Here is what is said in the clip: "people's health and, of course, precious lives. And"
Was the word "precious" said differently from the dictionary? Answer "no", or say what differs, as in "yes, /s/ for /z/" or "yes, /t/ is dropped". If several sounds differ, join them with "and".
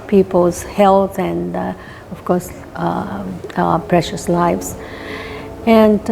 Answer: no